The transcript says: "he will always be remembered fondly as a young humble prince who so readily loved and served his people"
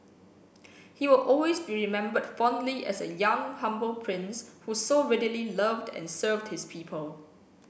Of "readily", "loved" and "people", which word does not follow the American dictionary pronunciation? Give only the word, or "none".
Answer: none